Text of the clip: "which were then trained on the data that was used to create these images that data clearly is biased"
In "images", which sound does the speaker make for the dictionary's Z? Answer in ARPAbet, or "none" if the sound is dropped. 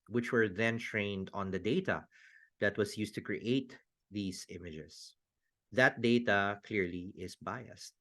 S